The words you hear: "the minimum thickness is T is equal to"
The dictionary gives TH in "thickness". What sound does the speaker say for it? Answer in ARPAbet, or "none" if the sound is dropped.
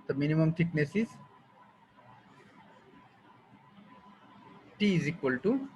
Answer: T